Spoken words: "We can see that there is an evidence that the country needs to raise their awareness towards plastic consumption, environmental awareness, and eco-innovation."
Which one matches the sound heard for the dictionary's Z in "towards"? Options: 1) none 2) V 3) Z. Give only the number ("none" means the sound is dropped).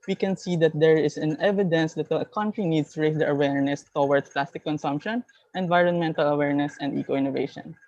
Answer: 1